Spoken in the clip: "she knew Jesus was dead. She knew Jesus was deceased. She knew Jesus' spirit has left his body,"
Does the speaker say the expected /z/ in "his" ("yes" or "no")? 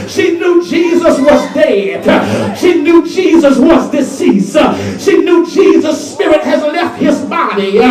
yes